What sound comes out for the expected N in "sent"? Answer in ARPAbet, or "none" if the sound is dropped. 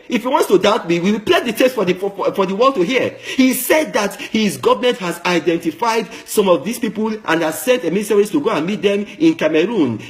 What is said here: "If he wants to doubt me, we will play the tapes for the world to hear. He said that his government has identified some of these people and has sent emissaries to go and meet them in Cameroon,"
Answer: N